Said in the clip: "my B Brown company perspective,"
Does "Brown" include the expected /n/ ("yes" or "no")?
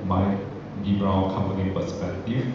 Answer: no